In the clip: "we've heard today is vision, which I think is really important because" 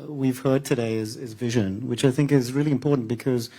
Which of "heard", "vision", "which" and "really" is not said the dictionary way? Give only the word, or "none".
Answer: none